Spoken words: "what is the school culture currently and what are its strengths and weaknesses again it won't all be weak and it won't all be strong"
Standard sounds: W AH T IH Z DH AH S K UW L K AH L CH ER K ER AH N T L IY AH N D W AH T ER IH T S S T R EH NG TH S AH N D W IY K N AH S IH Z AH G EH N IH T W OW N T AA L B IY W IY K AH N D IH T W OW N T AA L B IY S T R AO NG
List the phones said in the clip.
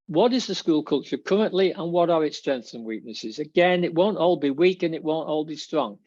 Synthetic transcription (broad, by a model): W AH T IH Z DH AH S K UW L K AH L CH ER K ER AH N T L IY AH N W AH T ER IH T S S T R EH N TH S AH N W IY K N AH S IH Z AH G EH N IH T W OW N T AA L B IY W IY K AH N IH T W OW N T AA L B IY S T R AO NG